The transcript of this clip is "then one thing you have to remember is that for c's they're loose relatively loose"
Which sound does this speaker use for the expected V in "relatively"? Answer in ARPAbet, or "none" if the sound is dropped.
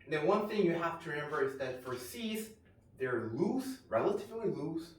V